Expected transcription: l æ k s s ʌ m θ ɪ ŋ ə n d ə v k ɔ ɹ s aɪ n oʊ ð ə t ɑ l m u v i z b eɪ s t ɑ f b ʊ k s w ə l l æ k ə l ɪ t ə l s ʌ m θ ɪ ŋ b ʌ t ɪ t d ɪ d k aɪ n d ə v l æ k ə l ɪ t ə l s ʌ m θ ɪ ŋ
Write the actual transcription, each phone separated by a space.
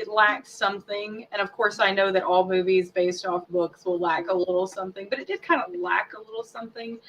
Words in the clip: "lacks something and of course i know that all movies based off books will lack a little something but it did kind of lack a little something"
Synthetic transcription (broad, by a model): l æ k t s ʌ m θ ɪ ŋ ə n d ə v k ɔ ɹ s aɪ n oʊ ð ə t ɑ l m u v i z b eɪ s t ɑ f b ʊ k s w ə l l æ k ə l ɪ t l s ʌ m θ ɪ ŋ b ʌ t ɪ t d ɪ d k aɪ n d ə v l æ k ə l ɪ t l s ʌ m θ ɪ ŋ